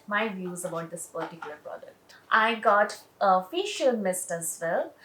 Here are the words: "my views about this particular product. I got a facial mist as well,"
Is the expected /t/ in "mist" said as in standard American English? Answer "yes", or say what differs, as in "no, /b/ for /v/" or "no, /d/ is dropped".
yes